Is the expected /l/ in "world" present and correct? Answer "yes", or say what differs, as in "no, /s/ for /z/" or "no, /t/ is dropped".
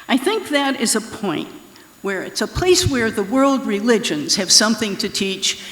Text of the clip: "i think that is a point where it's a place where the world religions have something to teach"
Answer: yes